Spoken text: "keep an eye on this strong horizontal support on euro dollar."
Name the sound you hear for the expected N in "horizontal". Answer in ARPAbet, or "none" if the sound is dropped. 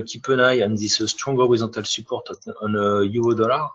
none